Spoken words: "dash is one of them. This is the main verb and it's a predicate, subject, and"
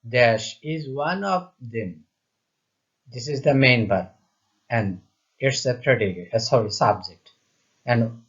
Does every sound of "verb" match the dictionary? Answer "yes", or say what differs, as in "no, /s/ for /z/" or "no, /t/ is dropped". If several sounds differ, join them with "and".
no, /b/ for /v/ and /b/ is dropped